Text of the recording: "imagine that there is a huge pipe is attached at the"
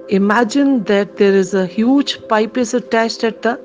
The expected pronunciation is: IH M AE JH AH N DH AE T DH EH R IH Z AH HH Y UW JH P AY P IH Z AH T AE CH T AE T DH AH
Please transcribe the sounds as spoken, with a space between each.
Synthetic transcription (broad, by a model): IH M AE JH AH N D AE T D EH R IH Z AH HH Y UW JH P AY P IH S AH T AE SH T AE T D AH